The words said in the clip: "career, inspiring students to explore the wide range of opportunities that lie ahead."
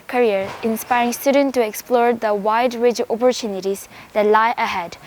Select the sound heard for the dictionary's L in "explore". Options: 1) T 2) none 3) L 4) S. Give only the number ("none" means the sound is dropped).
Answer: 3